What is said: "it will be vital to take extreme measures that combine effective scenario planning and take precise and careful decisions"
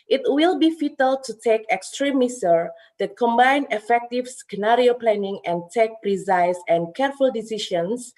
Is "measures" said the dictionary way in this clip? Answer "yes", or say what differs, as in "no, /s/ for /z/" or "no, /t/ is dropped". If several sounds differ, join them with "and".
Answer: no, /s/ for /ʒ/